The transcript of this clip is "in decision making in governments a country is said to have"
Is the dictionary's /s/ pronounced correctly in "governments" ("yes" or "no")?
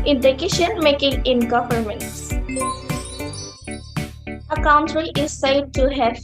yes